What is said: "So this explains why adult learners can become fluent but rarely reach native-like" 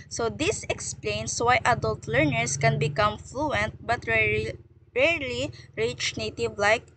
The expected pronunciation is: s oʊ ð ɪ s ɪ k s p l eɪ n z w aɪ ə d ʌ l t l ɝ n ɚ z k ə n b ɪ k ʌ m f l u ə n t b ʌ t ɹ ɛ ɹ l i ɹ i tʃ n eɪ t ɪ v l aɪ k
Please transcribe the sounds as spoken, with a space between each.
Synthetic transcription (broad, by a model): s oʊ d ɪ s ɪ k s p l eɪ n s w aɪ ə d ʌ l t l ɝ n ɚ s k ə n b ɪ k ʌ m f l u ə n t b ʌ t ɹ ɛ ɹ l i ɹ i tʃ n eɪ t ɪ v l aɪ k